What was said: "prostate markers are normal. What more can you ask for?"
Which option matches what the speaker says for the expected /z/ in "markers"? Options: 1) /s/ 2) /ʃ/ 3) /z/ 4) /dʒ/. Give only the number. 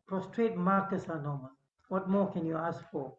1